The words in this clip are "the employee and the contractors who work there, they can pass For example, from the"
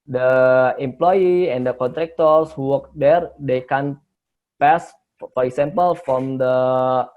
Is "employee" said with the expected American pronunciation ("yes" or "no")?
yes